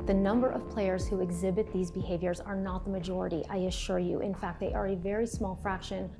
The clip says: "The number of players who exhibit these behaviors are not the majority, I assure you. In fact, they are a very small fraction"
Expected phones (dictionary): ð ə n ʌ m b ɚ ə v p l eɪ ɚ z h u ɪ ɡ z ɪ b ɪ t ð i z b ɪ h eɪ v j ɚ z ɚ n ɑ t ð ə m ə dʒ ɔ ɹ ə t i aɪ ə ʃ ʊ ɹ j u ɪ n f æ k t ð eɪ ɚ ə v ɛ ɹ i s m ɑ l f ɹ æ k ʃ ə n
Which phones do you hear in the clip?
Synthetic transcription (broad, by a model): ð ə n ʌ m b ɚ ə v p l eɪ ɚ z h u ɪ ɡ z ɪ b ɪ t ð i z b ɪ h eɪ v j ɚ z ɚ n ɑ t ð ə m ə dʒ ɔ ɹ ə t i aɪ ə ʃ ʊ ɹ j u ɪ n f æ k t ð eɪ ɚ ə v ɛ ɹ i s m ɑ l f ɹ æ k ʃ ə n